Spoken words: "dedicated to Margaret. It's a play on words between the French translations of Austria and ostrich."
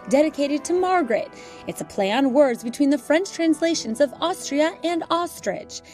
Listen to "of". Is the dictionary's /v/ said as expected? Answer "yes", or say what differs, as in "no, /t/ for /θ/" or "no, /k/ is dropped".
yes